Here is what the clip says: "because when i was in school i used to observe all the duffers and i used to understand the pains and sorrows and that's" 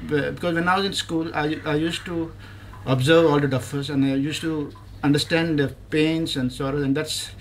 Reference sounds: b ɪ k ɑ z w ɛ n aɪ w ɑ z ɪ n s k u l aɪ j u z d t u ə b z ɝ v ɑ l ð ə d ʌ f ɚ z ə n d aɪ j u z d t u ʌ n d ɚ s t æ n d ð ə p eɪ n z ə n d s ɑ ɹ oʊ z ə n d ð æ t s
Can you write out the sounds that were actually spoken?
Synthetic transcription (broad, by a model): b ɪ k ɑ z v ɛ n aɪ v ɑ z ɪ n s k u l aɪ j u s t u ə b z ɝ v ɑ l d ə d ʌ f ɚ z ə n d aɪ j u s t u ʌ n d ɚ s t æ n d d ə p eɪ n s ə n d s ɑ ɹ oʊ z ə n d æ t s